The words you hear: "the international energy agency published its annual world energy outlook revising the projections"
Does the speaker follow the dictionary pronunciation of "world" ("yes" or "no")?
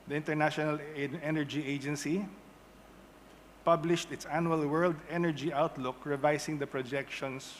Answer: yes